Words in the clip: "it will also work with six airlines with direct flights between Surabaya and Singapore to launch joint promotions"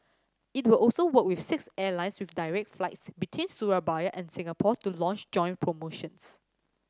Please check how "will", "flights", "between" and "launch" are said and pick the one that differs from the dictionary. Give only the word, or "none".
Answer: none